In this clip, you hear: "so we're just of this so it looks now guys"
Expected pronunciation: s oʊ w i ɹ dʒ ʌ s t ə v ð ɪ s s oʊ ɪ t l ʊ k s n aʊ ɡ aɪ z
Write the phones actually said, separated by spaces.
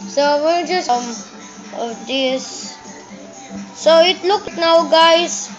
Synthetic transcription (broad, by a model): s oʊ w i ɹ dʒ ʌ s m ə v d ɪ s s oʊ ɪ t l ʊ k n aʊ ɡ aɪ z